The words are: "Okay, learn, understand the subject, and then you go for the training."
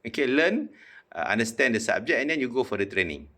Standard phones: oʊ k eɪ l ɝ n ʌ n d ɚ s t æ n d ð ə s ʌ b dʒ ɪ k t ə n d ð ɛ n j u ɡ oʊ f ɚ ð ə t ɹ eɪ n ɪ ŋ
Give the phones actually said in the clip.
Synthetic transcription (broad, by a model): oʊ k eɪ l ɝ n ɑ n d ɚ s t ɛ n d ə s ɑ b dʒ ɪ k ə n d ɛ n j u ɡ oʊ f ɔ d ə t ɹ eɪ n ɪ ŋ